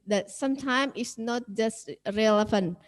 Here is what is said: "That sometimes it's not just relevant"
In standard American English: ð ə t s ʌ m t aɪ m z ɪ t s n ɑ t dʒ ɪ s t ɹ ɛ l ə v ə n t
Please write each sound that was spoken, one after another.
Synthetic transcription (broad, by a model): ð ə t s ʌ m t aɪ m ɪ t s n ɑ t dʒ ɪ s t ɹ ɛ l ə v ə n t